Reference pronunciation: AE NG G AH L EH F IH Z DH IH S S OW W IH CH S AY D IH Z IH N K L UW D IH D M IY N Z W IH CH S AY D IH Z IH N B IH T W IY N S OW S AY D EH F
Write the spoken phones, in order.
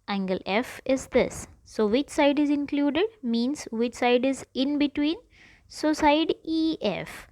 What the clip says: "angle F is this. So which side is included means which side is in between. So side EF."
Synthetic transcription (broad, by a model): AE NG G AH L EH F IH Z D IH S S OW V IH CH S AY D IH Z IH N K L UW D IH D M IY N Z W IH CH S AY D IH Z IH N B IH T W IY N S OW S AY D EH F